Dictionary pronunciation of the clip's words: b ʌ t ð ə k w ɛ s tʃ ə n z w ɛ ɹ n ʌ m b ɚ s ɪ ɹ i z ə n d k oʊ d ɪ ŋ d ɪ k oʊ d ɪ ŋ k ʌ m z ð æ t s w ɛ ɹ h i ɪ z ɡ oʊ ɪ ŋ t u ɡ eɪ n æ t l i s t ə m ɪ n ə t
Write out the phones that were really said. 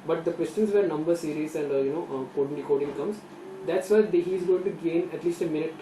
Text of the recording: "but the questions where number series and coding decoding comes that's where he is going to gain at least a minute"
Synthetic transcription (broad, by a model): b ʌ t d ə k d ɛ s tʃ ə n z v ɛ ɹ n ʌ m b ɚ s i ɹ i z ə n d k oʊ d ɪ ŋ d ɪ k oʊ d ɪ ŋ k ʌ m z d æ t s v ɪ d h i ɪ z ɡ oʊ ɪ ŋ t u ɡ eɪ n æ t l i s t ə m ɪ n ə t